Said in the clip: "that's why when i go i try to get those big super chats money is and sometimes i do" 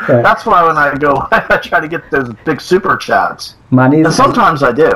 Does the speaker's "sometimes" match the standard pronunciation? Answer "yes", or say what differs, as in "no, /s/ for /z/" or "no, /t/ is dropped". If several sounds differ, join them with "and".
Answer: yes